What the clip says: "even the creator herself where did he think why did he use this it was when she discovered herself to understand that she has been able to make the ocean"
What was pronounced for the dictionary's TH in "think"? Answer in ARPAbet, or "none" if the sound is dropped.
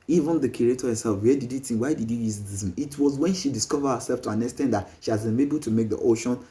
T